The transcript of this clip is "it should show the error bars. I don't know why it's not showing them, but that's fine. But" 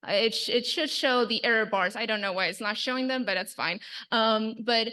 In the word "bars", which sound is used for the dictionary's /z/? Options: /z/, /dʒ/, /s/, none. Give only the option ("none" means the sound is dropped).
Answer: /z/